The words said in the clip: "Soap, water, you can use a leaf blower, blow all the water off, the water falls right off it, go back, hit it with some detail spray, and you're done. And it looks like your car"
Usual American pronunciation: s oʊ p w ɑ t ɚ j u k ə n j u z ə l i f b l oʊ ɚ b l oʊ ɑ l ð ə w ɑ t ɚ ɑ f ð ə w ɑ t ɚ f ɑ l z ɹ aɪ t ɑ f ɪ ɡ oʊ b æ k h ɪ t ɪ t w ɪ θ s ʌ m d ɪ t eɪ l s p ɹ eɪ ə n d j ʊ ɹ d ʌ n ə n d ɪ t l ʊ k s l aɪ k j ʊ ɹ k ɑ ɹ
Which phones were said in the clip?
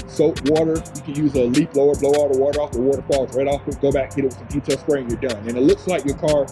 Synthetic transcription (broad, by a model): s oʊ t w ɑ t ɚ j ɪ k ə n j u z ə l i p b l oʊ ɚ b l oʊ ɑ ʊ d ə w ɑ t ɚ ɑ f ð ə w ɑ t ɚ f ɑ l z ɹ aɪ t ɑ f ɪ ɡ oʊ b æ k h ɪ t ɪ t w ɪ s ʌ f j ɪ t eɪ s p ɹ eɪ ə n j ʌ ɹ d ʌ n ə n ɪ t l ʊ k s l aɪ k j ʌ ɹ k ɑ ɹ